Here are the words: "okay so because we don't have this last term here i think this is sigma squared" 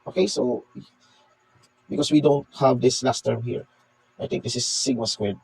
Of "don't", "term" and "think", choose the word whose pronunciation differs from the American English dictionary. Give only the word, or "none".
think